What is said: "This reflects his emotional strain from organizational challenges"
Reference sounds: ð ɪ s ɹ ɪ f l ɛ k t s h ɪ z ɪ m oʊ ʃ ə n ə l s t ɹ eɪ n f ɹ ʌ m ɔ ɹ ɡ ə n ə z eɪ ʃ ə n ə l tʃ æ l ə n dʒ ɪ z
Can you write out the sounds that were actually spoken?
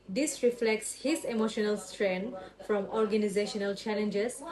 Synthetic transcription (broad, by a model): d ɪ s ɹ ɪ f l ɛ k t s h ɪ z ɪ m oʊ ʃ ə n ə l s t ɹ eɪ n f ɹ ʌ m ɔ ɹ ɡ ə n ə z eɪ ʃ ə n ə l tʃ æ l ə n dʒ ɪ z